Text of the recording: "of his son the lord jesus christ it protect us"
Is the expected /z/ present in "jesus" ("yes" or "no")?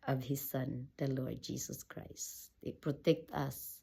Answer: no